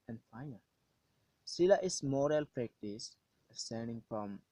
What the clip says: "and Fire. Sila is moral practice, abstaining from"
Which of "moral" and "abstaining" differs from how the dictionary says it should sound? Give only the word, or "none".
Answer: abstaining